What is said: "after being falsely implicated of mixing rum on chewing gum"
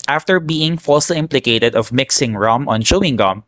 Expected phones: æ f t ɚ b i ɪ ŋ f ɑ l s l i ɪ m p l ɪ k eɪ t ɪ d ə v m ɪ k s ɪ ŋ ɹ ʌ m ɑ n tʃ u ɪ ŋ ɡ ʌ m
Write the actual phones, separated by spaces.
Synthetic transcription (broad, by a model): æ f t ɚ b i ɪ ŋ f ɑ l s l i ɪ m p l ɪ k eɪ t ɪ d ə v m ɪ k s ɪ ŋ ɹ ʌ m ɑ n ʃ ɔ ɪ ŋ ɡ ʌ m